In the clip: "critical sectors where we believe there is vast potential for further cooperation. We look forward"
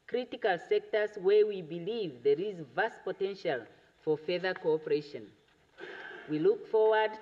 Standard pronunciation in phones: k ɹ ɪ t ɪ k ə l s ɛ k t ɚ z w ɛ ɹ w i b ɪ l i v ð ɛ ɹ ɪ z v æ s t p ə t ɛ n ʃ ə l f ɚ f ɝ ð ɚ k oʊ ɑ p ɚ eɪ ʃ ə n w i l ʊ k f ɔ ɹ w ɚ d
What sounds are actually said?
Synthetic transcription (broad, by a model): k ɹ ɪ t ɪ k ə l s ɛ k t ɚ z w ɛ ɹ w i b ɪ l i v ð ɛ ɹ ɪ z v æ s t p ə t ɛ n ʃ ə l f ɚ f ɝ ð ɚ k oʊ ɑ p ɚ eɪ ʃ ə n w i l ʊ k f ɔ ɹ w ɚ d